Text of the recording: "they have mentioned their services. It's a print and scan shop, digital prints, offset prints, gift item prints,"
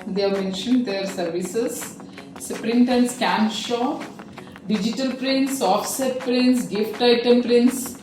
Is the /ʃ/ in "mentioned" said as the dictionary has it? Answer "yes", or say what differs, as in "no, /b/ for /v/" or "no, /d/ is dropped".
yes